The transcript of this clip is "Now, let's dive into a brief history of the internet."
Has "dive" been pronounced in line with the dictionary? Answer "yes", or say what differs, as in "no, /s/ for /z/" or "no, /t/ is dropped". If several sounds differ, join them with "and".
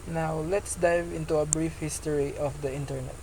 yes